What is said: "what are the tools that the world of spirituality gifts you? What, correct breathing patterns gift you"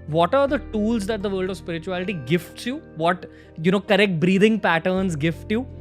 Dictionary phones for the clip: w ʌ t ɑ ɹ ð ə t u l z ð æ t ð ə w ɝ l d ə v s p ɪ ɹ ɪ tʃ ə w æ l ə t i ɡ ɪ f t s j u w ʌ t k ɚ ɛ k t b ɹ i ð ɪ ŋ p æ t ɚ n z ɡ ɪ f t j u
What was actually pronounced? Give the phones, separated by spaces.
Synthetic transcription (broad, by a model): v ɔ t ɑ ɹ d ə t u l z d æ t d ə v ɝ l d ə v s p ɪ ɹ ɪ tʃ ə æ l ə t i ɡ ɪ f t s j u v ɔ t k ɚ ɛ k t b ɹ i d ɪ ŋ p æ t ɚ n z ɡ ɪ f t j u